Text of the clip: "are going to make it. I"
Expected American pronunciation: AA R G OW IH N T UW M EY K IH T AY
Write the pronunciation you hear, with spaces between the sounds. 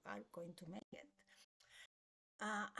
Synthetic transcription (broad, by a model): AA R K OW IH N T UW M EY IH T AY